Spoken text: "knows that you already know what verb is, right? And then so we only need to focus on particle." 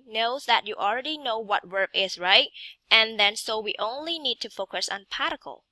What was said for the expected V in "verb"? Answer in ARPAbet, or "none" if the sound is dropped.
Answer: W